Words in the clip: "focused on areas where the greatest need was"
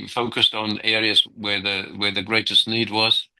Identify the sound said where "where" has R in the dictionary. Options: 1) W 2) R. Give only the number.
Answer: 1